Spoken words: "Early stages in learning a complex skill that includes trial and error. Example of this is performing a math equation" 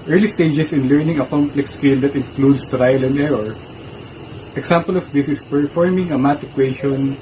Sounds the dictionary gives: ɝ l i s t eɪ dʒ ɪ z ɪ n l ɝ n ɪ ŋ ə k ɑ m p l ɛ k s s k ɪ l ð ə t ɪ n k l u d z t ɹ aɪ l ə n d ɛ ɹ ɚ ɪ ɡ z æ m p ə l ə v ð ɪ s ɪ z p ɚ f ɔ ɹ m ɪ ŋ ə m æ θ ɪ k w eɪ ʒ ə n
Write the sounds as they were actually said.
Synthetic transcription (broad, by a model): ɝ l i s t eɪ dʒ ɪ s ɪ n l ɝ n ɪ ŋ ə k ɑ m p l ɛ k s s k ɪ l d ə t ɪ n k l u d s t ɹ aɪ l ə n d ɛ ɹ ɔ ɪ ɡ s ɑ m p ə l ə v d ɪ s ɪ s p ɚ f ɔ ɹ m ɪ ŋ ə m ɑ t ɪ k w eɪ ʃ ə n